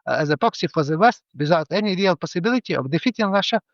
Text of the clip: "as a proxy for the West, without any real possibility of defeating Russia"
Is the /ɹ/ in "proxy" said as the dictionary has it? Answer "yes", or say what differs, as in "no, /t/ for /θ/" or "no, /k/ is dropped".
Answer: no, /ɹ/ is dropped